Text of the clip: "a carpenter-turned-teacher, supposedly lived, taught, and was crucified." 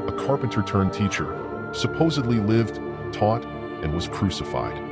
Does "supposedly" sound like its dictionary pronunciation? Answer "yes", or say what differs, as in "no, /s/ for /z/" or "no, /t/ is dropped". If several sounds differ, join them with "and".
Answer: yes